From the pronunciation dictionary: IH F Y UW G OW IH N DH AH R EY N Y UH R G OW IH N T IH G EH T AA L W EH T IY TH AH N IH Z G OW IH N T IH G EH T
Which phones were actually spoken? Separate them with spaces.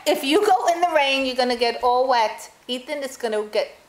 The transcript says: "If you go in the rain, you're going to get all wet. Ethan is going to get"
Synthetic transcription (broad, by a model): IH F Y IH G OW IH N DH AH R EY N Y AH R G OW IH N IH G EH T AA L W EH T IY T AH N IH S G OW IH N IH G EH T